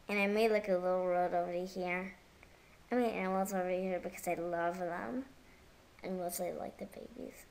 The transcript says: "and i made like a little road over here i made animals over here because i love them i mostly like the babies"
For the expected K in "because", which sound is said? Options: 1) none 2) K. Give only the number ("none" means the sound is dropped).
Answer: 2